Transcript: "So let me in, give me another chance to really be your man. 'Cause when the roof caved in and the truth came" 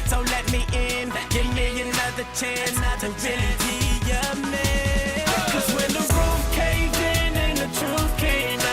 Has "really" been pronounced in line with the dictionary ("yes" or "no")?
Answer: no